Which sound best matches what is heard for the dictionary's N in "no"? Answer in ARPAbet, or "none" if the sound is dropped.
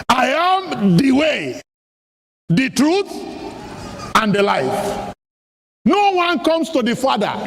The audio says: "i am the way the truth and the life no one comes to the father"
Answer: N